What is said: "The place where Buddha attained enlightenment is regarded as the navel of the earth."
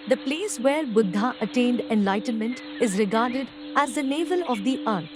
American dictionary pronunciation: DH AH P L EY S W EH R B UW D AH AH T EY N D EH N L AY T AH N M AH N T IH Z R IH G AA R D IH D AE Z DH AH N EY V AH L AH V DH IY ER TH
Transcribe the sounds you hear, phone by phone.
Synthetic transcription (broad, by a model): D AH P L EY S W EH R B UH D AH AH T EY N D EH N L AY T AH N M AH N T IH Z R IH G AA R D IH D AE Z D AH N EY V AH L AH V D IY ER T